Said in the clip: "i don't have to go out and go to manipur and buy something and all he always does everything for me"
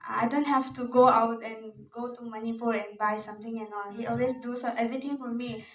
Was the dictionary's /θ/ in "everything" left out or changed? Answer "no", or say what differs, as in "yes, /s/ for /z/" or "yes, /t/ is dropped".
yes, /t/ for /θ/